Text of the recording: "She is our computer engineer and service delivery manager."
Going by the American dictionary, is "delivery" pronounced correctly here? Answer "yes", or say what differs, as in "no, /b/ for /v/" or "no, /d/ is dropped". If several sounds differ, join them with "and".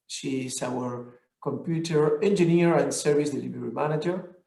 no, /b/ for /v/